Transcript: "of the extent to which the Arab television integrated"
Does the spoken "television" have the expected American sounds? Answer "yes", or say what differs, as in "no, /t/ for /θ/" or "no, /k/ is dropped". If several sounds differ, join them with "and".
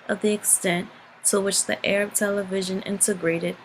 yes